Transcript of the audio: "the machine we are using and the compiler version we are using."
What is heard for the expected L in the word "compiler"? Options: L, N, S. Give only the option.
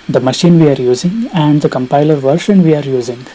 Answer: L